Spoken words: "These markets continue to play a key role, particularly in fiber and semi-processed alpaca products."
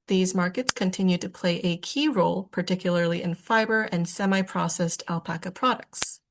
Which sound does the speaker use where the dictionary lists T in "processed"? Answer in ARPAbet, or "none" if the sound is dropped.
T